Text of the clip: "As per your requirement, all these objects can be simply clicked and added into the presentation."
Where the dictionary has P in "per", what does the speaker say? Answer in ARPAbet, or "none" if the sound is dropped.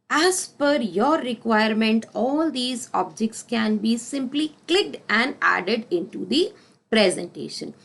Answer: F